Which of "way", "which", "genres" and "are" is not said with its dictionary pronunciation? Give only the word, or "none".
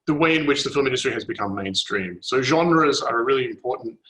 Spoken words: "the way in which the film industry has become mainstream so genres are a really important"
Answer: none